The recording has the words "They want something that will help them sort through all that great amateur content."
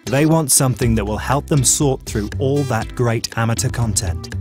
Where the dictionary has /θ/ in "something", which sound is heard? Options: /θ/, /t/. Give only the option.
/θ/